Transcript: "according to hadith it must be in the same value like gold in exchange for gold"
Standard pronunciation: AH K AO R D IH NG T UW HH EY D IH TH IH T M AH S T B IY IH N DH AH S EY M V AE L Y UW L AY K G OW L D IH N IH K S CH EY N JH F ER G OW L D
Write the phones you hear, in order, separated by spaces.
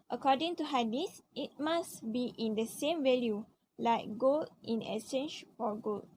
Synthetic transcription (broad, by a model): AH K AO D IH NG T UW HH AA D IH S IH T M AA S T B IY IH N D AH S EY M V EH L Y UW L AY K G OW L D IH N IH S EY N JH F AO G OW L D